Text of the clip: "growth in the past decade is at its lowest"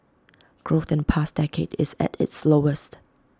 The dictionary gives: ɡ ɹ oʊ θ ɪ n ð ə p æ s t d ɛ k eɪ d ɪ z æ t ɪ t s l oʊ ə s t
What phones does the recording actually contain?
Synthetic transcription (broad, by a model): ɡ ɹ oʊ θ ɪ n p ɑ s d ɛ k eɪ d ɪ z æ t ɪ t s l oʊ ə s t